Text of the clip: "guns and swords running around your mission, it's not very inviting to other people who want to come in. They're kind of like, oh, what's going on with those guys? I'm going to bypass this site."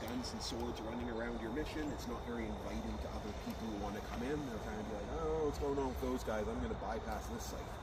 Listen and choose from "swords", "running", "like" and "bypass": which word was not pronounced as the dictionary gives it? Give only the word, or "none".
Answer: none